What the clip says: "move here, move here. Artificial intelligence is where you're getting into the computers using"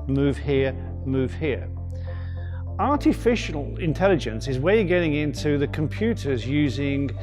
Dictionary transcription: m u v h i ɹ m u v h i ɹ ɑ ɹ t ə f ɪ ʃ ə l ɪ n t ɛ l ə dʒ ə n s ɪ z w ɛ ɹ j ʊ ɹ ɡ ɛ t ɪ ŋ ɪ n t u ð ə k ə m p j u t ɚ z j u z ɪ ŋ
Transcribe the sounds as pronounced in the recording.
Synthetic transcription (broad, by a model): m u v h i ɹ m u v h i ɹ ɑ ɹ t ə f ɪ ʃ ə l ɪ n t ɛ l ə dʒ ə n s ɪ z w ɛ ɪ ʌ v ɡ ɛ t ɪ ŋ ɪ n t u ð ə k ə m p j u t ɚ z j u z ɪ ŋ